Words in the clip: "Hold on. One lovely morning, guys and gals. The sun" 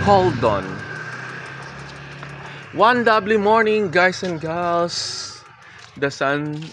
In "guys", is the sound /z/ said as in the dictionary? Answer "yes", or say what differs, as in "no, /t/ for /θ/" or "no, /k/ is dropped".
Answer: no, /s/ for /z/